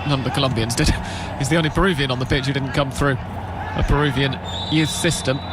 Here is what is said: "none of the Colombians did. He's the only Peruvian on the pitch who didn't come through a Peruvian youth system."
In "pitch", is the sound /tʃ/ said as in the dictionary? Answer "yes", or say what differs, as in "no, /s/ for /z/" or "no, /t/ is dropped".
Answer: yes